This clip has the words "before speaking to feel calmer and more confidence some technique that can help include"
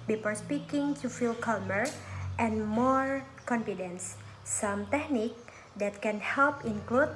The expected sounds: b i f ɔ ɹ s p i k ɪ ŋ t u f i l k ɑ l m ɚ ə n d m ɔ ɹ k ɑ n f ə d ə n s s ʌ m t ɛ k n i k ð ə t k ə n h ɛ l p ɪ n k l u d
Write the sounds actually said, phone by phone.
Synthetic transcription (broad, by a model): b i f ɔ ɹ s p i k ɪ ŋ t u f i l k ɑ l m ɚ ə n m ɔ ɹ k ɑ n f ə d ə n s s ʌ m t ɛ k n i k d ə t k ə n h ɛ l p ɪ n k l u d